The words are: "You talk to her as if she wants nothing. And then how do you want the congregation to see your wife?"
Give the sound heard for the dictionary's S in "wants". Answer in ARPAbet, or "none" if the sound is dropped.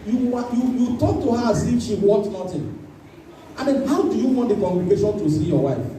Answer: none